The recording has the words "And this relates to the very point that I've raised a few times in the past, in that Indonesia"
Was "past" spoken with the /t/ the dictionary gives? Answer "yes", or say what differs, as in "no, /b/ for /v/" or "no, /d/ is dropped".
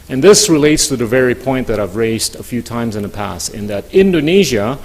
no, /t/ is dropped